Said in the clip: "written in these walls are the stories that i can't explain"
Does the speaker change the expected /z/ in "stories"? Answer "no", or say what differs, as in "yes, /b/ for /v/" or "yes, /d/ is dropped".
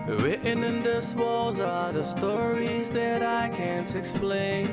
no